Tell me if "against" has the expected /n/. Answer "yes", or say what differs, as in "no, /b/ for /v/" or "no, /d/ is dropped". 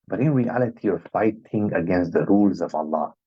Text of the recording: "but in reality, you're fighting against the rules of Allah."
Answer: yes